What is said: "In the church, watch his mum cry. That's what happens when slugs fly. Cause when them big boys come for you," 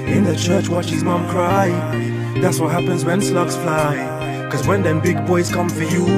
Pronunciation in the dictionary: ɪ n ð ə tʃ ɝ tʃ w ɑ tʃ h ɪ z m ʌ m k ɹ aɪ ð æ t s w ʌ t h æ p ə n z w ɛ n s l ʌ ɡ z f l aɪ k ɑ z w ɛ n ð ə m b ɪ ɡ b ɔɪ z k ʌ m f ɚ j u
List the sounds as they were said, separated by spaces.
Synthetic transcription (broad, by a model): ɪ n ð ə tʃ ɝ tʃ w ɑ tʃ h ɪ z m ʌ m k ɹ aɪ ð æ t s w ʌ t h æ p ə n z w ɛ n s l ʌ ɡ s f l aɪ k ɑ z w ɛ n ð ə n b ɪ ɡ b ɔɪ z k ʌ m f ɚ j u